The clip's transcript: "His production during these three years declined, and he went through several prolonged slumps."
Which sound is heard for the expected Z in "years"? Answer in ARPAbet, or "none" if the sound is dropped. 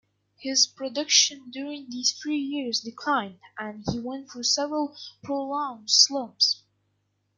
Z